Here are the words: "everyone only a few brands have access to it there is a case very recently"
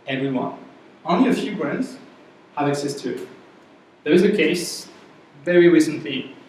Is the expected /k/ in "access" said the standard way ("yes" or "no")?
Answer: yes